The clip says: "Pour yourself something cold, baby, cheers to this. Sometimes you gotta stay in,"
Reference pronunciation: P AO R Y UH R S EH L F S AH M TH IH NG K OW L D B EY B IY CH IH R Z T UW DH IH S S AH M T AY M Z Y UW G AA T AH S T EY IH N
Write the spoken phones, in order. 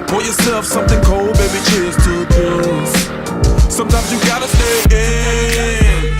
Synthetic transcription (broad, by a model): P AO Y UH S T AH F S AH M TH IH NG K OW L D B EY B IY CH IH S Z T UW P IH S S AH M T AY M Z Y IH G AA T AH S T EY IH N